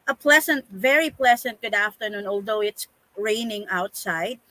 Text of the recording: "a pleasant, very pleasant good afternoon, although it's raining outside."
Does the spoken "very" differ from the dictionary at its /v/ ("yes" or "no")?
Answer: no